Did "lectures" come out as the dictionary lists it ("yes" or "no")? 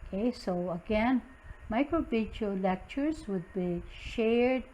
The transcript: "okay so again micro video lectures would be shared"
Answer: yes